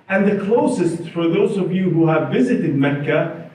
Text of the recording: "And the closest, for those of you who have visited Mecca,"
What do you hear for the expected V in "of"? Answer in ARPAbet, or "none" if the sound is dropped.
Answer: V